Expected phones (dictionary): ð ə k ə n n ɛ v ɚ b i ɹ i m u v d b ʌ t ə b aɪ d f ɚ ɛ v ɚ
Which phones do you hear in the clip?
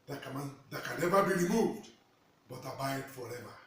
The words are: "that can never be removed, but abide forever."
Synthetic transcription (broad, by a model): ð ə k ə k n ɛ v ɚ b i ɹ i m u v d b ʌ t ə b aɪ d f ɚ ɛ v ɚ